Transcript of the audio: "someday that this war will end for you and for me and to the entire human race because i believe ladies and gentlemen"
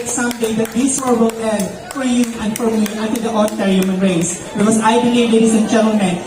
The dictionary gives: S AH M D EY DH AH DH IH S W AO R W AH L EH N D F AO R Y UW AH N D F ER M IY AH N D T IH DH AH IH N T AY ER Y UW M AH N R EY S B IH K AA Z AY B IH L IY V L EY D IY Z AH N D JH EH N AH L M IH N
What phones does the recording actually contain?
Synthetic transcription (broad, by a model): S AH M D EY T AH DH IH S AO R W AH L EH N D F AO R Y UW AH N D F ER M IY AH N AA T IH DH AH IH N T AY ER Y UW M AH N R EY S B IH AA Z AY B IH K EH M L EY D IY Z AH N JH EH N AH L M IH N